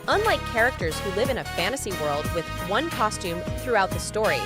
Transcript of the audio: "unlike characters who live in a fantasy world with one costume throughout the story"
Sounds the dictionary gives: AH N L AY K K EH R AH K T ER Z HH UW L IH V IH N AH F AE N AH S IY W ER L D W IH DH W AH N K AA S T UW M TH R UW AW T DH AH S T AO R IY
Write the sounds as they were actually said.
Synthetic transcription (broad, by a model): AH N L AY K K EH R AH K T ER Z HH UW L IH V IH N AH F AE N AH S IY W ER L D W IH DH W AH N K AA S T UW M TH R UW AW T DH AH S T AO R IY